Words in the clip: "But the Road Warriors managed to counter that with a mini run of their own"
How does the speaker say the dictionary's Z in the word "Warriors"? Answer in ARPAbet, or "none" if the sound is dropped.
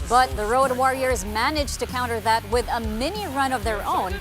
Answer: Z